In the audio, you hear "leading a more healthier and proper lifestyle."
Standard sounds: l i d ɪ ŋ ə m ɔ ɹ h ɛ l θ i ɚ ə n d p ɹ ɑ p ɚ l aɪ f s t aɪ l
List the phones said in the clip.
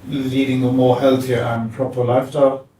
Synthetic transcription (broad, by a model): l i d ɪ ŋ ə m ɔ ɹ h ɛ l θ i ɚ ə n p ɹ ɑ p ɚ l aɪ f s t aɪ l